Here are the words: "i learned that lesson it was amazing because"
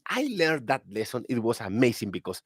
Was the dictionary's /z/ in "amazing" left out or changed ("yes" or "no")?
yes